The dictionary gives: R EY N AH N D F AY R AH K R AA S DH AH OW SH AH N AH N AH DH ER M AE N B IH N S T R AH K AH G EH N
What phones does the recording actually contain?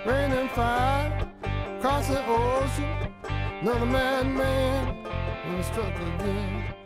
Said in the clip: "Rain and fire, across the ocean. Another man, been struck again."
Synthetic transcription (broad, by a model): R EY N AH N F AY AH K R AA S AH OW S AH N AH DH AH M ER M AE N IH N S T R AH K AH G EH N